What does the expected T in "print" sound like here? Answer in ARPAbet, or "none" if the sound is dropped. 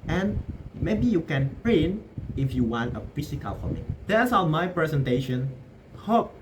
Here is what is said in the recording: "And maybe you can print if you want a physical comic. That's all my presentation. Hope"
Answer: none